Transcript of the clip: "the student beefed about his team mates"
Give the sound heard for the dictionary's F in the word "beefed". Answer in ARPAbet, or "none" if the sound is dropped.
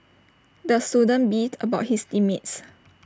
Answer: none